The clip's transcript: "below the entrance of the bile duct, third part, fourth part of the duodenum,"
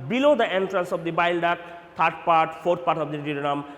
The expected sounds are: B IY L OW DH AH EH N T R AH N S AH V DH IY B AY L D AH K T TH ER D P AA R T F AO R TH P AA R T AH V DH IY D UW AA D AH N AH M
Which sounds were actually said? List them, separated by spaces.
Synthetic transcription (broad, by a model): B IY L OW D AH EH N T R AH N S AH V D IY B AY L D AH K T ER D P AA R T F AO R T P AA R T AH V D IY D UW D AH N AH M